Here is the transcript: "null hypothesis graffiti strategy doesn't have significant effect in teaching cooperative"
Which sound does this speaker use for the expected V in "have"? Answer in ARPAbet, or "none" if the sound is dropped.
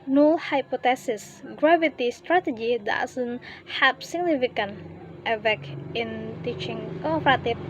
P